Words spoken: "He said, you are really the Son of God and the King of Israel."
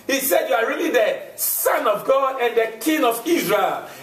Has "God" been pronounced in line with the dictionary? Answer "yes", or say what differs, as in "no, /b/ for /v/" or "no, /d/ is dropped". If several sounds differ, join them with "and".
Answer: no, /d/ is dropped